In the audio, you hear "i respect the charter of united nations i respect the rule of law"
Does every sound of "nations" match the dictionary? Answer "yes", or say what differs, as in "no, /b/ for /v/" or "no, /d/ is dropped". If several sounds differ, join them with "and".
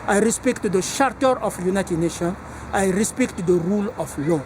no, /z/ is dropped